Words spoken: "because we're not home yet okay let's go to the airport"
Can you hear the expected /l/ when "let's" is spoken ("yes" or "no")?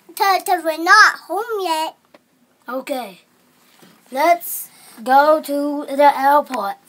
yes